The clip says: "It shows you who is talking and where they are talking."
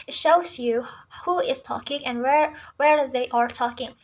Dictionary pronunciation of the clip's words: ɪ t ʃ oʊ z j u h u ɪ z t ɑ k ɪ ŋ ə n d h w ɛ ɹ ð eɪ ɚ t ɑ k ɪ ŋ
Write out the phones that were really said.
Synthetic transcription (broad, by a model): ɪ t ʃ oʊ z j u h u ɪ z t ɑ k ɪ ŋ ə n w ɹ w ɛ ɹ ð eɪ ɚ t ɑ k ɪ ŋ